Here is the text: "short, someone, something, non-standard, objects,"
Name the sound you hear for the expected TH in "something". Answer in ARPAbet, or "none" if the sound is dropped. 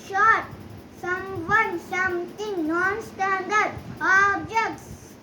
T